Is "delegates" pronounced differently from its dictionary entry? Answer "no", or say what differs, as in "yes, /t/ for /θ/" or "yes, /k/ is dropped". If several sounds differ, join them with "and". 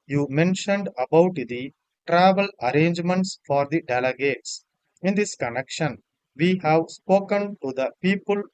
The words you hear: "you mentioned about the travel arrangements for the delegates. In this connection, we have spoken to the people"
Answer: no